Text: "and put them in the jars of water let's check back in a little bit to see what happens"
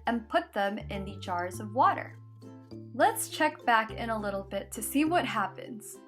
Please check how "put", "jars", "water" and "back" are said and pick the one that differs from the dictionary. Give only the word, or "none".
none